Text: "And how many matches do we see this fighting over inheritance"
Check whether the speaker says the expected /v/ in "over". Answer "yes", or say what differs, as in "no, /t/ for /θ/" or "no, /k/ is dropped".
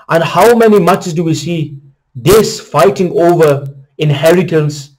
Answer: yes